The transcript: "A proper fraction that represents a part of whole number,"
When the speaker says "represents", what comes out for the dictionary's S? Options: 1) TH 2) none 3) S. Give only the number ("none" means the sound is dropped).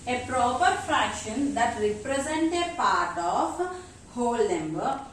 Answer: 2